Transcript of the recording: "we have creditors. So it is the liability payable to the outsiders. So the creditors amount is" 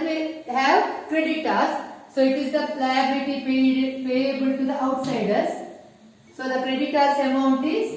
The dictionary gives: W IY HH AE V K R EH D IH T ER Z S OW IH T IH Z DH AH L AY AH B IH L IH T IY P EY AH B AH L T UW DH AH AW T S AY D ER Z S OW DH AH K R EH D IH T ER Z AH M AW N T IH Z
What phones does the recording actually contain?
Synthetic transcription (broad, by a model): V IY HH AE V K R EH D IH T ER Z S OW IH T IH Z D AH L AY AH B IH L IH T IY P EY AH B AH L T UW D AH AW T S AY D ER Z S OW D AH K R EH D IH T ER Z AH M AW N T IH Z